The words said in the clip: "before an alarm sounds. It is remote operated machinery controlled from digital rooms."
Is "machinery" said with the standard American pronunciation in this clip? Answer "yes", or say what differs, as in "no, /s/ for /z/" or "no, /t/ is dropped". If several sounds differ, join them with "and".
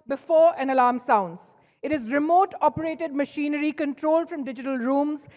yes